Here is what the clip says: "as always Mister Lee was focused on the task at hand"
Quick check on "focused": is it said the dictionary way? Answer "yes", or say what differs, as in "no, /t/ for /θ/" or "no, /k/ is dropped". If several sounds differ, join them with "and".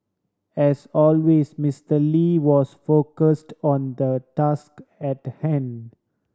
yes